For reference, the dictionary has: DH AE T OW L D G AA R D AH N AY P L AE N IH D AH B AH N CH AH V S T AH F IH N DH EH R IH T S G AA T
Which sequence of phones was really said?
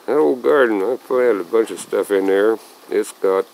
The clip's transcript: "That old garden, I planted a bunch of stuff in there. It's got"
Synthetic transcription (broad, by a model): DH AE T OW L G AA R D N AY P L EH IH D AH B AH N CH AH V S T AH F IH N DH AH R IH T S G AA T